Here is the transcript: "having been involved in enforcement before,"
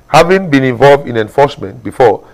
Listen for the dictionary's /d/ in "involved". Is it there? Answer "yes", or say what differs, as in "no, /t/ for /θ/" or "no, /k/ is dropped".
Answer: yes